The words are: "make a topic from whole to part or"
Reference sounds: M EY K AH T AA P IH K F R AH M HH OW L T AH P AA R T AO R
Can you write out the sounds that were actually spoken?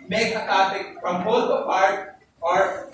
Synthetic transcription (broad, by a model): M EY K AH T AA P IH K P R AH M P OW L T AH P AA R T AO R